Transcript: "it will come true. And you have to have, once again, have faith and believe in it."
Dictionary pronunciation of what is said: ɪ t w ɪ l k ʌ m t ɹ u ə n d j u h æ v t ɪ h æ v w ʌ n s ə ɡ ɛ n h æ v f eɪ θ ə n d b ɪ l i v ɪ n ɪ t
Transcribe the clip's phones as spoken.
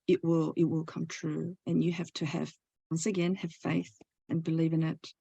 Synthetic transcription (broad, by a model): ɪ t w ɪ l k ʌ m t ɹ u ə n j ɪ h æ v t ɪ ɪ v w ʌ n s ə ɡ ɛ n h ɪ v f eɪ θ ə n b ɪ l i v ɪ n ɪ t